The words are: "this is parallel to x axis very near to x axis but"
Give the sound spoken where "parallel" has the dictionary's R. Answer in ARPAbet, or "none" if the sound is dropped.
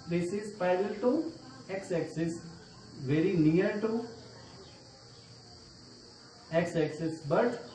none